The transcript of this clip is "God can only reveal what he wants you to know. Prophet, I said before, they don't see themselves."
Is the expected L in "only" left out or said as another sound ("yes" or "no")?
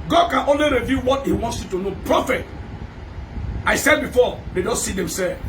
no